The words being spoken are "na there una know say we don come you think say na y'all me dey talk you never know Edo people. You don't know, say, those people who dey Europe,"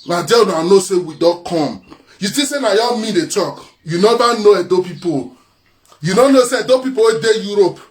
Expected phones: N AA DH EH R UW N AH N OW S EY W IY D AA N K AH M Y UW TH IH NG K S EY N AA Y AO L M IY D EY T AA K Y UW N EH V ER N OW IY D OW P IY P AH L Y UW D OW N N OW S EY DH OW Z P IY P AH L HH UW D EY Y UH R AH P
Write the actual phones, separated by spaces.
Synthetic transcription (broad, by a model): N AA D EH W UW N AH N OW S EY W IY D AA K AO M Y UW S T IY S EY N AA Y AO M IY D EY T AA K Y UW N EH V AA N OW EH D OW P IY P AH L Y UW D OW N N OW S EY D OW P IY P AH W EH D EY Y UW R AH P